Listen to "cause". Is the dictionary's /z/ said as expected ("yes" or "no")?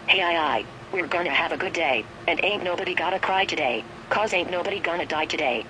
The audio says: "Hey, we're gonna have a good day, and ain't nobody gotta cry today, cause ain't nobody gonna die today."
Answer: yes